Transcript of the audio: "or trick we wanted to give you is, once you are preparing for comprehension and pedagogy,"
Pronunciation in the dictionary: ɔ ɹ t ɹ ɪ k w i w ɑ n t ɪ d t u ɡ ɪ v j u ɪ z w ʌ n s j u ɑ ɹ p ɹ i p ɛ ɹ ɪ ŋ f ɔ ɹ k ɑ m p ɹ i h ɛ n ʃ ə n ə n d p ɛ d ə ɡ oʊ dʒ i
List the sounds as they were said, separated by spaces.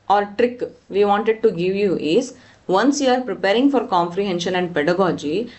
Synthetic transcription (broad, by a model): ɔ ɹ t ɹ ɪ k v i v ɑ n t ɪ d t u ɡ ɪ v j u ɪ z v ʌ n s j u ɑ ɹ p ɹ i p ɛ ɹ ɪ ŋ f ɔ ɹ k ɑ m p ɹ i h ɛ n ʃ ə n ə n d p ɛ d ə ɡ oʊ dʒ i